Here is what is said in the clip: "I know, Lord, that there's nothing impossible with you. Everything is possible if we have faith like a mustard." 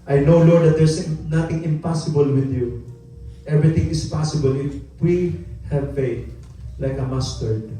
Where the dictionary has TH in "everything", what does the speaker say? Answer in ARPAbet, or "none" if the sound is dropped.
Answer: T